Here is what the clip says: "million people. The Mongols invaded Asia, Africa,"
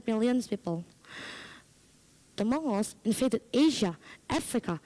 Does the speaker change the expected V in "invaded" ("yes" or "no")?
yes